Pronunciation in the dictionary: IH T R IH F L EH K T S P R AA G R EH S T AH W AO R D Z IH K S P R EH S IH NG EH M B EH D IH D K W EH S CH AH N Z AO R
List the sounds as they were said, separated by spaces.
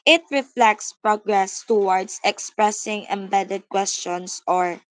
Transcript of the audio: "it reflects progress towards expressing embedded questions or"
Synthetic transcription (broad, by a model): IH T R IH F L EH K T S P R AA G R EH S T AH W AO R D S IH K S P R EH S IH NG EH M B EH D IH D K W EH S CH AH N S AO R